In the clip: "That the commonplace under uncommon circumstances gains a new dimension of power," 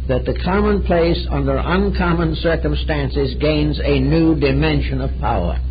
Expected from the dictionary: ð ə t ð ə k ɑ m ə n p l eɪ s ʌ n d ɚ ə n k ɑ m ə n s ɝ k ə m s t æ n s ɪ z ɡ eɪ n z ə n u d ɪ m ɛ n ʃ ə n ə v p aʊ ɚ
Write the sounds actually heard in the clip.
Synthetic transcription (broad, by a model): ð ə t ð ə k ɑ m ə n p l eɪ s ʌ n d ɚ ə n k ɑ m ə n s ɝ k ə m s t æ n s ɪ z ɡ eɪ n z ə n u d ɪ m ɛ n ʃ ə n ə v p aʊ ɚ